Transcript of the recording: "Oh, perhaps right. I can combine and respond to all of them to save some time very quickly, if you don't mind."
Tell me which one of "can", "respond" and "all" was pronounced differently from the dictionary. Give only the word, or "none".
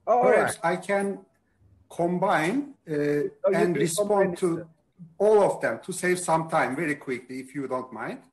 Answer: none